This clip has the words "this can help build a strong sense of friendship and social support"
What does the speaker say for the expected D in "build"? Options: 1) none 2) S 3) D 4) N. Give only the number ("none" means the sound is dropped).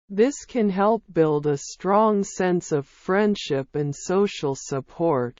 3